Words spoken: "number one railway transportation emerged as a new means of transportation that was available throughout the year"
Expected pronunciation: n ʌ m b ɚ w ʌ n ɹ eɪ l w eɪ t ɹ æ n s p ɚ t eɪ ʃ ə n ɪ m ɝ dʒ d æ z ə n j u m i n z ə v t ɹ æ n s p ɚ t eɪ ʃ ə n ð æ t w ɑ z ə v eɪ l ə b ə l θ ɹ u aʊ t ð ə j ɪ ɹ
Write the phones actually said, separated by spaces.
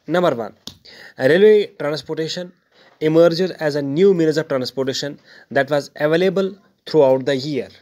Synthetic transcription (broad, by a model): n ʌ m b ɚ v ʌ n ɹ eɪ l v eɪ t ɹ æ n s p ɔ t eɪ ʃ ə n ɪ m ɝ dʒ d æ z ə n j u m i l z ə v t ɹ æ n s p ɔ t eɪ ʃ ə n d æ t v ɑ z ə v eɪ l ə b ə l t ɹ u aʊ t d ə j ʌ ɹ